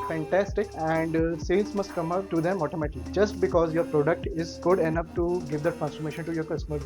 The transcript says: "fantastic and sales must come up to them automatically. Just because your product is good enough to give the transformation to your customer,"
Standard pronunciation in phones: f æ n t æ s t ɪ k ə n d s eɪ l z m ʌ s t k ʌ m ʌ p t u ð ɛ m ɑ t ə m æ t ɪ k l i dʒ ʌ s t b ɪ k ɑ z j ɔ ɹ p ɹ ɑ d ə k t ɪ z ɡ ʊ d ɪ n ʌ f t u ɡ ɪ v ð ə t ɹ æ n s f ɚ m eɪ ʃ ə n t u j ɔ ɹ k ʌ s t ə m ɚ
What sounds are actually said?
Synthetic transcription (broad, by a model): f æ n t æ s t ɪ k ə n d s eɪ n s m ʌ s t k ʌ m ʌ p t u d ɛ m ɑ t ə m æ t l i dʒ ʌ s t b ɪ k ɑ z j ɔ ɹ p ɹ ɑ d ə k t ɪ z ɡ ʊ d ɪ n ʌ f t u ɡ ɪ v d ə t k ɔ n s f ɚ m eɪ ʃ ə n t u j ɔ ɹ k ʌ s t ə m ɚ